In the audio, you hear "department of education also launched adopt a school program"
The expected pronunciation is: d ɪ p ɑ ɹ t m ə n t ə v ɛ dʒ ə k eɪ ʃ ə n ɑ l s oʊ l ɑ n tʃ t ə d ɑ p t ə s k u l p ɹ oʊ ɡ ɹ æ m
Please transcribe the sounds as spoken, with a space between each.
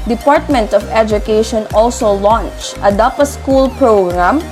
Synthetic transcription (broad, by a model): d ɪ p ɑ ɹ t m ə n t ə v ɛ dʒ ə k eɪ ʃ ə n ɑ l s oʊ l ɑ n tʃ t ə d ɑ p ə s k u l p ɹ oʊ ɡ ɹ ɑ m